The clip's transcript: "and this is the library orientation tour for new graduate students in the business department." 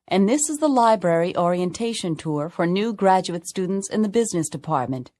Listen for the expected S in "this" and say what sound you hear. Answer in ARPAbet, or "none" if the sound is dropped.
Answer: S